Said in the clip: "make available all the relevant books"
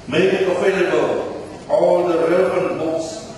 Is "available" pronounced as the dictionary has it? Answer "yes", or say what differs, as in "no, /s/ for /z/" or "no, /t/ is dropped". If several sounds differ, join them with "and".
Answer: no, /f/ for /v/